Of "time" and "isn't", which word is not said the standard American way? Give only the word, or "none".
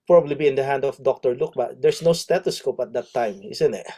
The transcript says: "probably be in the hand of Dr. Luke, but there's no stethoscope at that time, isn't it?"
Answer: isn't